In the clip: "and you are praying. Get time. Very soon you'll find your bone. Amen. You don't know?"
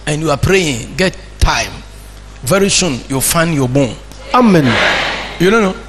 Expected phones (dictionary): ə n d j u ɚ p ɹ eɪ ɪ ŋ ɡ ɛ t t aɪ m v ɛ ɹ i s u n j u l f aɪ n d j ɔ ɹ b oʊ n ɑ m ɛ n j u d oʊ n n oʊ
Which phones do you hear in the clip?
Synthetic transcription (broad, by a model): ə n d j u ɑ p ɹ eɪ ɪ ŋ ɡ ɛ t t aɪ m v ɛ ɹ i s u n j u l f aɪ n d j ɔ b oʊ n ɑ m ɛ n j u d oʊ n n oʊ